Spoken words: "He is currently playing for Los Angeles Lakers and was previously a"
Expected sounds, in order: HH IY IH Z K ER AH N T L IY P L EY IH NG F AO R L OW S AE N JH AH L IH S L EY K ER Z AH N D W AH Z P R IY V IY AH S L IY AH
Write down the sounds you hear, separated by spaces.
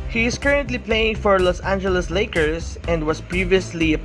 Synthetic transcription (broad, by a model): HH IY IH S K ER AH N T L IY P L EY IH NG F AO R L OW S AE N JH AH L IH S L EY K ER S AH N D W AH S P R IY V IY AH S L IY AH